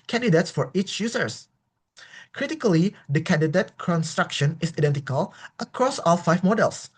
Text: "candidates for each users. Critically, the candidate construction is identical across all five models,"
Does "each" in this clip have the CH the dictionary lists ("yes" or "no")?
yes